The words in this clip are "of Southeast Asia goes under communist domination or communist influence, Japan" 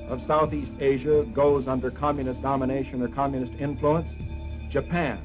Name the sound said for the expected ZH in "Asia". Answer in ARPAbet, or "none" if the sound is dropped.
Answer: ZH